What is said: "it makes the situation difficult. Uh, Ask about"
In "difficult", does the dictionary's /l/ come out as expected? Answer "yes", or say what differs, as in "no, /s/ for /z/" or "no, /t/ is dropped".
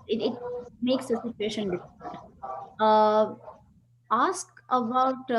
no, /n/ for /l/